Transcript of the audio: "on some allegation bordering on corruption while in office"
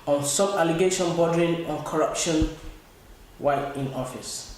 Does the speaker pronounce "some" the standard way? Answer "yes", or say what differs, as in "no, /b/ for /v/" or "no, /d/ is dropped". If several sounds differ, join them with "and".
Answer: no, /m/ is dropped